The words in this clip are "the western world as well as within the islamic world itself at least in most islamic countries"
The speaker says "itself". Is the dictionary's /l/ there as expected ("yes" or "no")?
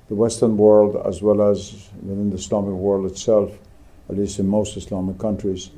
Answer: yes